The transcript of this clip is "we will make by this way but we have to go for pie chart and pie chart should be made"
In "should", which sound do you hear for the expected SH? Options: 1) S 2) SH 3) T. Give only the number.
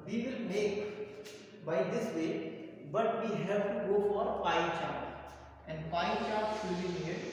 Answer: 1